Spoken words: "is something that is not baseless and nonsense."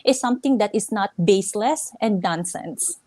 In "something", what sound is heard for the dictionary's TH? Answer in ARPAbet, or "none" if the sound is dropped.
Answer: T